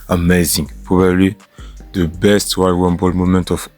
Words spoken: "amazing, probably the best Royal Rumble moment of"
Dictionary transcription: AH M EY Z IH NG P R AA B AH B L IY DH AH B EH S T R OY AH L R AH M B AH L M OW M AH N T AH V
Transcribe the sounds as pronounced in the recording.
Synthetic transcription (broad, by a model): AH M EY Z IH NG P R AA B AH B L IY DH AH B EH S T W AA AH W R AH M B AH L M OW M AH N T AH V